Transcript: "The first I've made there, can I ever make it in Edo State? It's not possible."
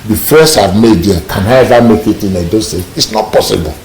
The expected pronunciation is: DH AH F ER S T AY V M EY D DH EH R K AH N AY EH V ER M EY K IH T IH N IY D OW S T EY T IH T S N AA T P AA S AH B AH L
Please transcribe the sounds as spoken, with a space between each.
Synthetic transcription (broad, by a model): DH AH F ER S AY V M EY D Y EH K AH N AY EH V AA M EY K IH T IH N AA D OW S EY IH T S N AA T P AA S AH B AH L